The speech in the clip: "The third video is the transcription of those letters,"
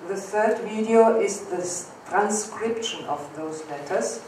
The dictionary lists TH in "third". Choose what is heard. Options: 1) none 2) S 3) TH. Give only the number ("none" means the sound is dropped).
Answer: 3